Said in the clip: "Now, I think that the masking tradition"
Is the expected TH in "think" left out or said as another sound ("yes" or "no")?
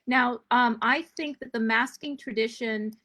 no